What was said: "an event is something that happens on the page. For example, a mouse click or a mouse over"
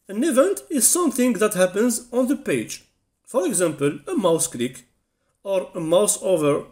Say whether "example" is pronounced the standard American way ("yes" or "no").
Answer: yes